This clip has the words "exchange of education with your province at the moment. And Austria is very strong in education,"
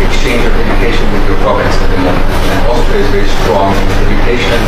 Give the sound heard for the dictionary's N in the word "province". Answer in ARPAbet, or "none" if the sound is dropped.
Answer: none